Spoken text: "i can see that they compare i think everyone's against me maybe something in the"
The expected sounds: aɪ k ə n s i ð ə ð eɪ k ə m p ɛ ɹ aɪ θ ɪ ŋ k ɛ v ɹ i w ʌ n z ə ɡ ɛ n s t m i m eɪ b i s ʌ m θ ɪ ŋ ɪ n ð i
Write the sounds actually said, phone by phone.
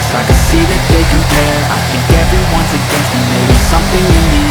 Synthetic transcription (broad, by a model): aɪ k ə s i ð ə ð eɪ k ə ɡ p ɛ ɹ aɪ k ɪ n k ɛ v ɹ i w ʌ n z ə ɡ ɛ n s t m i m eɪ i s ʌ m θ ɪ ŋ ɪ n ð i